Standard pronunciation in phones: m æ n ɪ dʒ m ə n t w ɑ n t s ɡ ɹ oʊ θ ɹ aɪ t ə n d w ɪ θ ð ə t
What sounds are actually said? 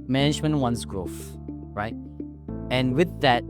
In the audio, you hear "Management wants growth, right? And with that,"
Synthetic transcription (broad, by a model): m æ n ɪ dʒ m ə n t w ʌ n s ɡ ɹ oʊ f ɹ aɪ t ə n w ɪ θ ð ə t